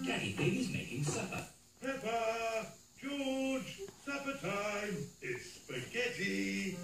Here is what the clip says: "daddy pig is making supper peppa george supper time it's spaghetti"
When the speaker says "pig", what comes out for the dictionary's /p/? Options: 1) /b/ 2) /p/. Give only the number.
1